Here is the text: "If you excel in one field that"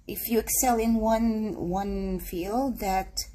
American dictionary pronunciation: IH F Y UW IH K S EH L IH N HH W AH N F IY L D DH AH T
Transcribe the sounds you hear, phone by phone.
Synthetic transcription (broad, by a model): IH F Y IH IH K S EH L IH N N W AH N F IY L D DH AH T